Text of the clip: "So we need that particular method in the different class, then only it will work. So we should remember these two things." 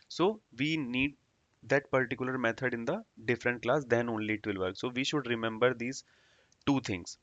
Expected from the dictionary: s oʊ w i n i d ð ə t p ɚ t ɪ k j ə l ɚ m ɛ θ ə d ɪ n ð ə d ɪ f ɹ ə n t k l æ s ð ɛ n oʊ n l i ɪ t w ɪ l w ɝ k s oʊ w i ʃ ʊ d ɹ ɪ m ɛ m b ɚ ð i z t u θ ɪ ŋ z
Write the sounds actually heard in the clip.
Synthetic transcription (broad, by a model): s oʊ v i n i d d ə t p ɚ t ɪ k j ə l ɚ m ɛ t ə d ɪ n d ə d ɪ f ɹ ə n t k l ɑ s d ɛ n oʊ n l i ɪ t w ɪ l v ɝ k s oʊ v i ʃ ʊ d ɹ ɪ m ɛ m b ɚ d i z t u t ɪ ŋ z